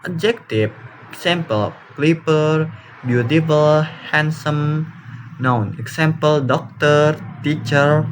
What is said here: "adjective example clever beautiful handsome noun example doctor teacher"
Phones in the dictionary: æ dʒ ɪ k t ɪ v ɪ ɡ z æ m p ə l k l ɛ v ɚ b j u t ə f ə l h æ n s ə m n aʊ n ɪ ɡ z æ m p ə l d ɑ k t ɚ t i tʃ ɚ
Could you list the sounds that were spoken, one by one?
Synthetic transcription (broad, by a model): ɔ dʒ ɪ k t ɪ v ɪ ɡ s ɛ m p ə l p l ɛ p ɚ b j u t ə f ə l h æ n s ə m n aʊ n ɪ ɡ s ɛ m p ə l d ɑ k t ɚ t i tʃ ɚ